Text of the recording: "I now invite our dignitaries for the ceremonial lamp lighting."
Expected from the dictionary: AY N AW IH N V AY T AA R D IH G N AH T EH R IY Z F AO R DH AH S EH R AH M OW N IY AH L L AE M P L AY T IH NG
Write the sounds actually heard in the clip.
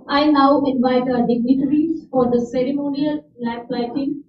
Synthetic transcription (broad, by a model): AY N AW IH N V AY T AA D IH G N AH T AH R IY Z F AO R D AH S EH R AH M OW N IY AH L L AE P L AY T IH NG